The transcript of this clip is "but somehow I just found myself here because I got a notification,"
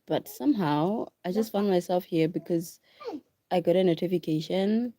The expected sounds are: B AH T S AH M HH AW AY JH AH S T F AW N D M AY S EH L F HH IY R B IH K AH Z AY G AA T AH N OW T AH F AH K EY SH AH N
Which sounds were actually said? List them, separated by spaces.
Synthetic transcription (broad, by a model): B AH T S AH M HH AW AY JH AH S T F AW N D M AY S EH L F HH IY R B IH K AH Z AY G AA T AH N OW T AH F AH K EY SH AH N